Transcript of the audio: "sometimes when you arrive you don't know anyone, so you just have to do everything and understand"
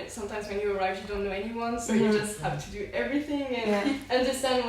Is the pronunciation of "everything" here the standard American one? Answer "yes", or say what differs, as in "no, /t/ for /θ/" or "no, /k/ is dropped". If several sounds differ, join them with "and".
yes